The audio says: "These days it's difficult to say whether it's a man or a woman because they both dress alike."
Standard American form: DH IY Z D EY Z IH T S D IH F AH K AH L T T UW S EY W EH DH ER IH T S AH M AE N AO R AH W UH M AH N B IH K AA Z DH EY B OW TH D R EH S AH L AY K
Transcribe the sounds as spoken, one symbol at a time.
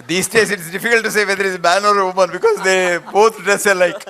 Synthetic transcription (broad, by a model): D IY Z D EY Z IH T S D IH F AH K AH L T T UW S EY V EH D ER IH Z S AH M AE N AO R AH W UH M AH N B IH K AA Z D EY B OW T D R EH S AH L AY K